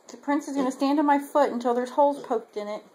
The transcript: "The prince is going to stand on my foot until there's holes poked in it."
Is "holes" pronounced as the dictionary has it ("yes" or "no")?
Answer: no